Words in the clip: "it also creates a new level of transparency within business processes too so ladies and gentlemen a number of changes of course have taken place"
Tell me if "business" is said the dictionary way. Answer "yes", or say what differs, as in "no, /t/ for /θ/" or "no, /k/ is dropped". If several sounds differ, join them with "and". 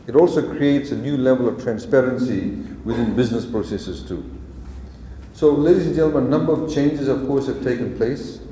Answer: yes